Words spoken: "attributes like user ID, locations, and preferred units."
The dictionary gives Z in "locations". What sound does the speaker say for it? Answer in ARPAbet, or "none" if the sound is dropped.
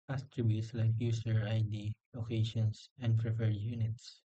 S